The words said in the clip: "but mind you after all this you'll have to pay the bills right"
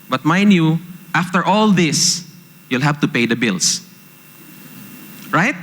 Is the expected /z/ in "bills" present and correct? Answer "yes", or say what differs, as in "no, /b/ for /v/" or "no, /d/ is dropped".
no, /s/ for /z/